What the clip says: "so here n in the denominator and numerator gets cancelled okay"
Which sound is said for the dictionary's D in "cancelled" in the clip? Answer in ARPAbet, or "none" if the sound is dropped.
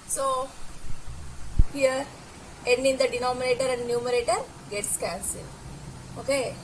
none